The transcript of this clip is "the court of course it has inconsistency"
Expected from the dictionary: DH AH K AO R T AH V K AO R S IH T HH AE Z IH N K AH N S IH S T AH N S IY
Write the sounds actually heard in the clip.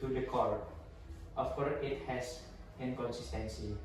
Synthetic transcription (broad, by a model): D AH K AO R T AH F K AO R IH T HH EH S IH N K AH N S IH S T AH N S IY